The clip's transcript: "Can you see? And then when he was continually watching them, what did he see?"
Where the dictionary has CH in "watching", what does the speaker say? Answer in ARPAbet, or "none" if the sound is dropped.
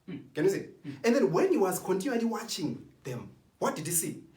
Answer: CH